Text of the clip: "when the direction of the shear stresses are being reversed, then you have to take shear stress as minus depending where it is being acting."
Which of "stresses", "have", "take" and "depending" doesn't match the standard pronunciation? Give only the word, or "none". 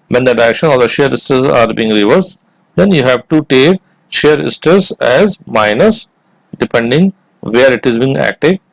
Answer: stresses